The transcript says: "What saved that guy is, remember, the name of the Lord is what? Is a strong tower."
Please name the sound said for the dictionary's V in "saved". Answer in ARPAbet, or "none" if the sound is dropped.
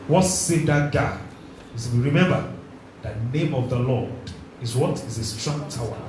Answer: none